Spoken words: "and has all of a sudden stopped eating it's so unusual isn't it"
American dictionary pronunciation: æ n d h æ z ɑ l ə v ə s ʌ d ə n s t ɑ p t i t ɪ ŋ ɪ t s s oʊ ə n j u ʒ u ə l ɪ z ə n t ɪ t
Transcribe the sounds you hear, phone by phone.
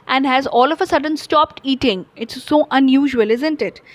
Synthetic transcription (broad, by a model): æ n d h æ z ɑ l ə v ə s ʌ d ə n s t ɑ p t i t ɪ ŋ ɪ t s s oʊ ə n j u ʒ u ə l ɪ z ə n t ɪ t